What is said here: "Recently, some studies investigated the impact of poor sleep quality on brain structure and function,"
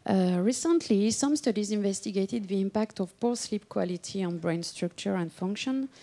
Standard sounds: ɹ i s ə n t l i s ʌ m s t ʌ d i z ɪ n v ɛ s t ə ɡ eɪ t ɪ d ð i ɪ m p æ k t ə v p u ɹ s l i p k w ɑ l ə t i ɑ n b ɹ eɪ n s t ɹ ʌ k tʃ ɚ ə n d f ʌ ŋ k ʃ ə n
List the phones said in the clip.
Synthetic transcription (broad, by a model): ɹ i s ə n t l i s ʌ m s t ʌ d i z ɪ n v ɛ s t ə ɡ eɪ t ɪ d ð i ɪ m p æ k t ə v p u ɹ s l i p k w ɑ l ə t i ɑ n b ɹ eɪ n s t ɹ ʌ k tʃ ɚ ə n d f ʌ ŋ k ʃ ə n